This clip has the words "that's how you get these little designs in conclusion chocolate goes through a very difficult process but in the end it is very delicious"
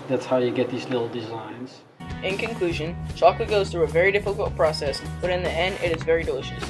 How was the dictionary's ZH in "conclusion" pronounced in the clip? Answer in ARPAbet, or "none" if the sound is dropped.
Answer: ZH